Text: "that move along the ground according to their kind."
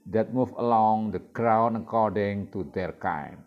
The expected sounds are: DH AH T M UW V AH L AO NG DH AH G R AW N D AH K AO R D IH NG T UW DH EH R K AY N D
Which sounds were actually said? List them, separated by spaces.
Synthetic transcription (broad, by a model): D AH T M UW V AH L AO NG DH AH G R AW N AH K AO R D IH NG T UW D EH R K AY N